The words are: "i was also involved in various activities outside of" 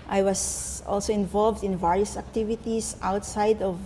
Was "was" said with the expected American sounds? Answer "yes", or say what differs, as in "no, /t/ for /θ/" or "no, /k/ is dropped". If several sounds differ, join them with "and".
no, /s/ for /z/